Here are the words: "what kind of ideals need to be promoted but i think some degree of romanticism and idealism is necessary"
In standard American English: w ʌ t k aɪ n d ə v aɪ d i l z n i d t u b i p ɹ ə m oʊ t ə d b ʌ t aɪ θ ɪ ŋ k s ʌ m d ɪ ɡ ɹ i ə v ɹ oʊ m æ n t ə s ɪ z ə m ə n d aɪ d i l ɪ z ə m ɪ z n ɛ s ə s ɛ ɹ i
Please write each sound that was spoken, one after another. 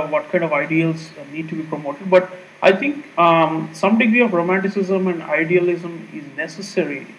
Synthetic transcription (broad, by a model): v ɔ t k aɪ n d ə v aɪ d i l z n i d t u b i p ɹ ə m oʊ t ə d b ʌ t aɪ t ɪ ŋ k s ʌ m d ɪ ɡ ɹ i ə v ɹ oʊ m æ n t ə s ɪ z ə m ə n d aɪ d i l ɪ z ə m ɪ z n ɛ s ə s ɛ ɹ i